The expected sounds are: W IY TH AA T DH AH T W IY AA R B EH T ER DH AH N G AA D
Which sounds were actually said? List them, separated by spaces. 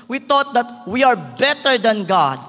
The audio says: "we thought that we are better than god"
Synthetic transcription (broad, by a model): W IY T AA T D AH T W IY AA R B EH T ER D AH N G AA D